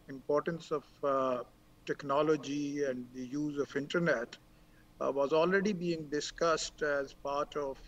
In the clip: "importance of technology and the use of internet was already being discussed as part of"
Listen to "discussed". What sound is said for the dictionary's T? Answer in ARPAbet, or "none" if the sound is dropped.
T